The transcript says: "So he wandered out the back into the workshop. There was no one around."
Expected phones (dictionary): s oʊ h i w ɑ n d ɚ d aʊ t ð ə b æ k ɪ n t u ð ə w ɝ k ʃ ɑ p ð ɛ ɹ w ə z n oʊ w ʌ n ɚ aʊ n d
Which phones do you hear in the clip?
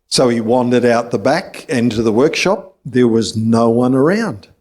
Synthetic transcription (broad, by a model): s oʊ i w ɑ n d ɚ d aʊ t ð ə b æ k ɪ n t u ð ə w ɝ k ʃ ɑ p ð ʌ ɹ w ə z n oʊ w ʌ n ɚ aʊ n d